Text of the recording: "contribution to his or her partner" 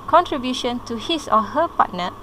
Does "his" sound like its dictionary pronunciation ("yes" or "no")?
no